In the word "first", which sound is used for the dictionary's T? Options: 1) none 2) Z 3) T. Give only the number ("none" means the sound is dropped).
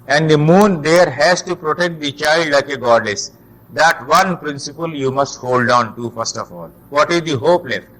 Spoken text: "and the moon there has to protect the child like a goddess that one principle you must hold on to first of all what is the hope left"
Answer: 3